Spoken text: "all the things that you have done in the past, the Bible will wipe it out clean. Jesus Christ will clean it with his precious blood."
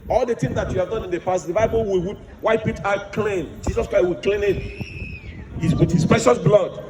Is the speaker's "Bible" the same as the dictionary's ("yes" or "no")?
no